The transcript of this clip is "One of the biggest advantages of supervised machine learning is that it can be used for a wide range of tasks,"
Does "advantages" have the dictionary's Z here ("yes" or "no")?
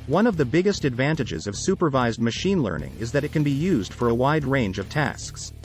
yes